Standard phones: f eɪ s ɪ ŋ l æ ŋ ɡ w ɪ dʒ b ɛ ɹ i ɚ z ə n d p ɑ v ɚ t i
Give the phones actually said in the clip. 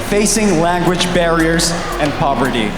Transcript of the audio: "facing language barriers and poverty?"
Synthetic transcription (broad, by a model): f eɪ s ɪ ŋ l æ ŋ ɡ w ɪ dʒ b ɛ ɹ i ɚ z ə n p ɑ v ɚ t i